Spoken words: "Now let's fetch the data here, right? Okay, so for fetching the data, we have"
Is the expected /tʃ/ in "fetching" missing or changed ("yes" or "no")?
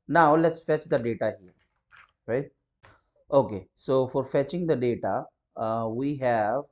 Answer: no